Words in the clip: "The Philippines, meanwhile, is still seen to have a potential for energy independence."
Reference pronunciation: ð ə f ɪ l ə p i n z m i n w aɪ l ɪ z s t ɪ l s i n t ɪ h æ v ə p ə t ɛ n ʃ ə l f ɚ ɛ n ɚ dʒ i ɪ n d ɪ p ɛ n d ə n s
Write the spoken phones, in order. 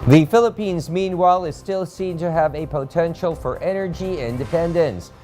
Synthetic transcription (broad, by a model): ð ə f ɪ l ə p i n z m i n w aɪ l ɪ z s t ɪ l s i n t ɪ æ v ə p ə t ɛ n ʃ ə l f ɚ ɛ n ɚ dʒ i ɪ n d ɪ p ɛ n d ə n s